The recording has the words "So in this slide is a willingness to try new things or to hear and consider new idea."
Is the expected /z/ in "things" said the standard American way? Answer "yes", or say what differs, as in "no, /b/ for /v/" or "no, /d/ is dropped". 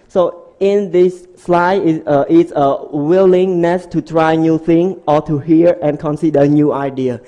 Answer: no, /z/ is dropped